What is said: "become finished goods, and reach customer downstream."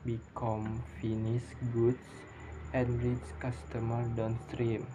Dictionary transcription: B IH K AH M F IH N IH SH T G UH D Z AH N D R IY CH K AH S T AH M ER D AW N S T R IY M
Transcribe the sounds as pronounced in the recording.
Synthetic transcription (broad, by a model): B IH K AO M F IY N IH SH G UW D S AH N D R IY S K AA S T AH M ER D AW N S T R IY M